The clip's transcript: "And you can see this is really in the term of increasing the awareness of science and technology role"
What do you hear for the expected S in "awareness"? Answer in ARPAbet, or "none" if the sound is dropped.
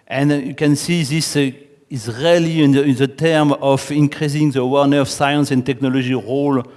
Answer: none